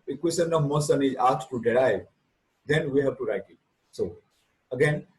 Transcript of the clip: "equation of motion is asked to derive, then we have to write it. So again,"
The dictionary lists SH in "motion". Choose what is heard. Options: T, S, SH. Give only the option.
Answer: S